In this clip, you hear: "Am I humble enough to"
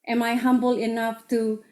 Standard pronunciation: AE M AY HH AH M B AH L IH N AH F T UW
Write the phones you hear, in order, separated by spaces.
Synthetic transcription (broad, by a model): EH M AY HH AH M B AH L IH N AH F T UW